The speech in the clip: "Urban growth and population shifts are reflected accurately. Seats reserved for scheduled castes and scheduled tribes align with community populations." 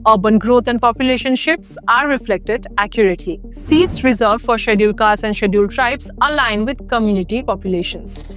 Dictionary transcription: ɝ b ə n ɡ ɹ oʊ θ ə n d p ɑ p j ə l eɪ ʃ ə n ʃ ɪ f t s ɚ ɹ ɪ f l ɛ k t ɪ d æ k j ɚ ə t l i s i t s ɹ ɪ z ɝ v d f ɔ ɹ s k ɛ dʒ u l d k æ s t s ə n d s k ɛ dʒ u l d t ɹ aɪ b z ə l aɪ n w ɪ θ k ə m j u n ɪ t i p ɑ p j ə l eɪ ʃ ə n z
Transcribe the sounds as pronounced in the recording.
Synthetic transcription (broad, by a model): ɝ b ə n ɡ ɹ oʊ t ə n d p ɑ p j ə l eɪ ʃ ə n ʃ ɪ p s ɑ ɹ ɪ f l ɛ k t ɪ d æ k j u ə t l i s i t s ɹ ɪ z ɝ d f ɔ ɹ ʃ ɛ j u l k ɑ t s ə n d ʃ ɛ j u l t ɹ aɪ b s ə l aɪ n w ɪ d k ə m j u n ɪ t i p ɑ p j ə l eɪ ʃ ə n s